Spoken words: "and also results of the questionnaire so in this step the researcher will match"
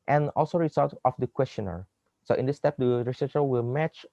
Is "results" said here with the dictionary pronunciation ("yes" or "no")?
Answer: no